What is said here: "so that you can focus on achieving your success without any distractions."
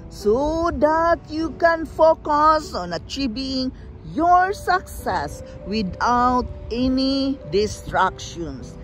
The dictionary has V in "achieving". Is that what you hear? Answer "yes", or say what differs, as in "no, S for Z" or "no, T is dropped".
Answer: no, B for V